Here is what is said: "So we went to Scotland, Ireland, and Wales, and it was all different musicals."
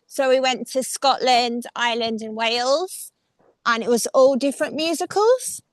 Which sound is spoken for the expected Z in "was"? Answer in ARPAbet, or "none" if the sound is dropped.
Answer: Z